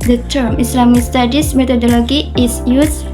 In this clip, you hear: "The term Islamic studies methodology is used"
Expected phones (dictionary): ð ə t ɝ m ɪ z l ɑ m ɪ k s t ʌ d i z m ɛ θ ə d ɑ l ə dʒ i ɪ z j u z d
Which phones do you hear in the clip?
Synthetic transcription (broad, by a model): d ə t ɝ m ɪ s l ɑ m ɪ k s t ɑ d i s m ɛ t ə d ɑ l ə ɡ i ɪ s j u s